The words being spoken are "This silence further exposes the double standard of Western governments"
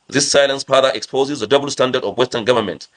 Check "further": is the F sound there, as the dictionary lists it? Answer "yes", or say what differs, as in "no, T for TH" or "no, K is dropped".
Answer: no, P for F